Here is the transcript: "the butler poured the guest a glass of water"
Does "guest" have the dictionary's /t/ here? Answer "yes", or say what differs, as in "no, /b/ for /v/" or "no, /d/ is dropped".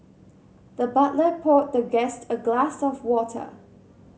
yes